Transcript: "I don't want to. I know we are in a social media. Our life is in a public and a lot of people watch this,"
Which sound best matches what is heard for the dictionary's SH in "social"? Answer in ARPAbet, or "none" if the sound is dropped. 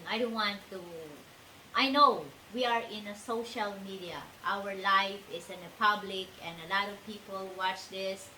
SH